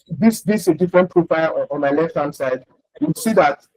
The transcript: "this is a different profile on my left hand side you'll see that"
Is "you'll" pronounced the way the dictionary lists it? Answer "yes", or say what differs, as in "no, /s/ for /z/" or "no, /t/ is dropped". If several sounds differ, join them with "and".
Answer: no, /w/ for /l/